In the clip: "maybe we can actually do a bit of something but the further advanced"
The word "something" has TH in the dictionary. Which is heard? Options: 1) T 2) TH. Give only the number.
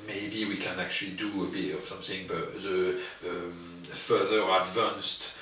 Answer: 2